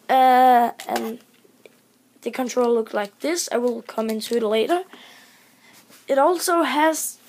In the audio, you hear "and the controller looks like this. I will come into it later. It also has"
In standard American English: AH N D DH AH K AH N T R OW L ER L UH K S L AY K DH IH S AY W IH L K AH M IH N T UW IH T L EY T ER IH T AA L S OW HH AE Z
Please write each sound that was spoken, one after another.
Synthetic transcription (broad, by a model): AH N DH AH K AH N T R OW UH L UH K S L AY K DH IH S AY W IH L K AH M IH N T UW IH T L EY T ER IH T AA L S OW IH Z